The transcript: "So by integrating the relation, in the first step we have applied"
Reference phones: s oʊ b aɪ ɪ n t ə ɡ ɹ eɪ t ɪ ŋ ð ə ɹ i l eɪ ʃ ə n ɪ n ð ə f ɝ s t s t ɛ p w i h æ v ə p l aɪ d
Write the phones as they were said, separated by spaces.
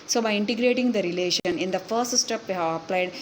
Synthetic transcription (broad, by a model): s oʊ b aɪ ɪ n t ə ɡ ɹ eɪ t ɪ ŋ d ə ɹ i l eɪ ʃ ə n ɪ n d ə f ɝ s t s t ɛ p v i h æ v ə p l aɪ d